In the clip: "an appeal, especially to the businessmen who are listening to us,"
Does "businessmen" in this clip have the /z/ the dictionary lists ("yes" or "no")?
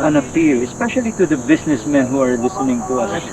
no